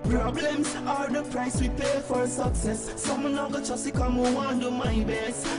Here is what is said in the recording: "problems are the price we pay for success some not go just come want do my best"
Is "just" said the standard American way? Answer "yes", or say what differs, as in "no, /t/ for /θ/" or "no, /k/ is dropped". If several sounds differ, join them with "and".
no, /tʃ/ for /dʒ/